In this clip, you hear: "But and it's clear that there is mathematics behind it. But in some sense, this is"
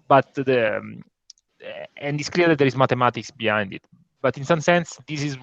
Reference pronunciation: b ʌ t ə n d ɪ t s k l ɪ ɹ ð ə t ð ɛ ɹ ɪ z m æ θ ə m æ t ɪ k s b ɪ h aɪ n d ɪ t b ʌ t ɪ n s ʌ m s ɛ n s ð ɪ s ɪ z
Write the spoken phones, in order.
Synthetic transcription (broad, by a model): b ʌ t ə n d ɪ t s k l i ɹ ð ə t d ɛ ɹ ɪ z m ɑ t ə m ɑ t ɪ k s b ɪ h aɪ n d ɪ t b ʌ t ɪ n s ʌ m s ɛ n s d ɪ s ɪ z